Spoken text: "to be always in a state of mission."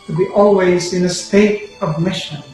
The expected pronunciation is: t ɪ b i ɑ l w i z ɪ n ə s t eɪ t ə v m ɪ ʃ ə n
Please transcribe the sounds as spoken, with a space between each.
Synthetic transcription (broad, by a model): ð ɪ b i ɑ l w i z ɪ n ə s t eɪ t ə v m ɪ ʃ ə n